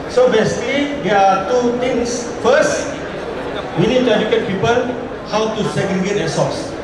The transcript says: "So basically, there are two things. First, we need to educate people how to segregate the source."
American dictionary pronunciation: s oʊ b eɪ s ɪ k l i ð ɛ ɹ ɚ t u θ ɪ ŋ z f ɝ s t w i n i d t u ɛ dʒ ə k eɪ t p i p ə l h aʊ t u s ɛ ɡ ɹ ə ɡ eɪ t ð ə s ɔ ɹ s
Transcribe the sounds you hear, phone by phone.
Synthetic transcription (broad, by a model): s oʊ b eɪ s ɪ k l i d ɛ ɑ t u t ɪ ŋ s f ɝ s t w i n i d t u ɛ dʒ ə k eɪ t p i p ə l h aʊ t u s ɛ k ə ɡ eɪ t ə s ɔ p s